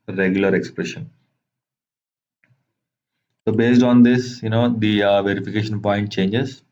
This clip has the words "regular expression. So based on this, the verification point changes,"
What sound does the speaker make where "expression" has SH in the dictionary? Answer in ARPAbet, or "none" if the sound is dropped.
SH